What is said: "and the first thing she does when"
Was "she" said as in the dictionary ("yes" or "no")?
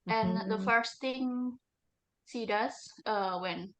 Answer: no